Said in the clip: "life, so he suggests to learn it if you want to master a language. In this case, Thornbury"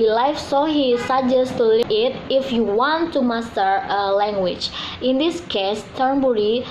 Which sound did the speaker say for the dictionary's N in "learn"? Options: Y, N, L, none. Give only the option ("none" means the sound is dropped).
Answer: none